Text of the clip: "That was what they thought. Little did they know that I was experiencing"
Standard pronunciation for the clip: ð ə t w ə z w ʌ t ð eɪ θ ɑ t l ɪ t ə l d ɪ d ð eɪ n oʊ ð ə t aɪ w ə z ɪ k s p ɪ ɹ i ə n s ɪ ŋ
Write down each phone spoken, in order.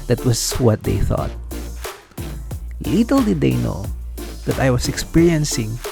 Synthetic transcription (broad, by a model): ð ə t w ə s w ʌ t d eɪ θ ɑ t l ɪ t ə l d ɪ d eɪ n oʊ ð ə t aɪ w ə s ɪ k s p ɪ ɹ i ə n s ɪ ŋ